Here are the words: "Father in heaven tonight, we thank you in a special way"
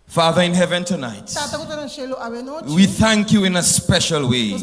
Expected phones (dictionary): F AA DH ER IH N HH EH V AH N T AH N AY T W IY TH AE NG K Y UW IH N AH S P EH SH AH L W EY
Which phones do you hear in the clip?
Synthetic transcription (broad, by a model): F AA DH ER IH N HH EH V AH N T AH N AY T W IY TH AE NG K Y UW IH N AH S P EH SH AH L W EY